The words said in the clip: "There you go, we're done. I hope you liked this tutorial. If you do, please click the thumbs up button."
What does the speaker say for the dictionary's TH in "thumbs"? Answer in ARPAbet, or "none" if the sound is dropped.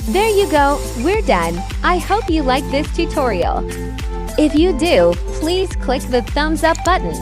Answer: TH